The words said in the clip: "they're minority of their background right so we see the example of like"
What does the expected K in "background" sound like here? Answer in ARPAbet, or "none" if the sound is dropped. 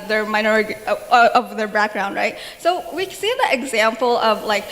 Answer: K